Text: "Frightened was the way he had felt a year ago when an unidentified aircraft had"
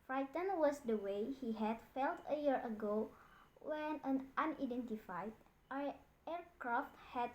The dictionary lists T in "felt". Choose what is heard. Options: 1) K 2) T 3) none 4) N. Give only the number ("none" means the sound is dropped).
2